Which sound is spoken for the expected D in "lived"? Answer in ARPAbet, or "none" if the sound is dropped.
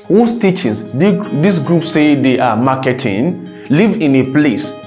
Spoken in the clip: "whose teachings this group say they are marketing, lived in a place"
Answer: none